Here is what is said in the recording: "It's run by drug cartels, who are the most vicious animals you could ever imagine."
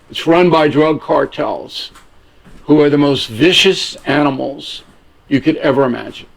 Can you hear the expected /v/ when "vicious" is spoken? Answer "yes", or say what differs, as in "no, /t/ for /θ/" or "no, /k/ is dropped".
yes